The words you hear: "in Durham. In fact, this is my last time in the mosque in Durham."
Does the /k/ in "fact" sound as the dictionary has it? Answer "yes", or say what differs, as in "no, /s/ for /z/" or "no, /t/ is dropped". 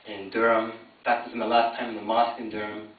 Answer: no, /k/ is dropped